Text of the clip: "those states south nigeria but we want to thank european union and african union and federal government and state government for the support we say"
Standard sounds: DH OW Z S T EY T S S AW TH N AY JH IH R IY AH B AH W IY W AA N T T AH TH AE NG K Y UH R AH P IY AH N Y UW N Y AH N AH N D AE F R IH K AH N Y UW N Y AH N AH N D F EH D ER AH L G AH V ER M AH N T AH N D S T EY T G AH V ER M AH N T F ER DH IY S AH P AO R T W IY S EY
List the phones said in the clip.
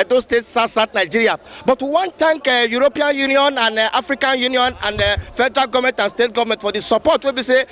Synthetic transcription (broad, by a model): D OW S T EY T S S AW T N AY JH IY R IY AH B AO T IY W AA N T T AH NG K Y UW R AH P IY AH N Y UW N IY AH N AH N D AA F R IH K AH N Y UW N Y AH N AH N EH F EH D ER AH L G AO V M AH N T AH N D S T EY T G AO V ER M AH N T F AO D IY S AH P AO T W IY S EY